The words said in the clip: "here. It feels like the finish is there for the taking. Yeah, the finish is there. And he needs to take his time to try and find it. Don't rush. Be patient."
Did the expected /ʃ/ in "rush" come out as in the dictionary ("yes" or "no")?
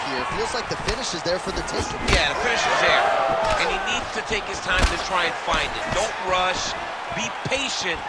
yes